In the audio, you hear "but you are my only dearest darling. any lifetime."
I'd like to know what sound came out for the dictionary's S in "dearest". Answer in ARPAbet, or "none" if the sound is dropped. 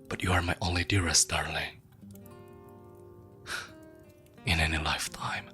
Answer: S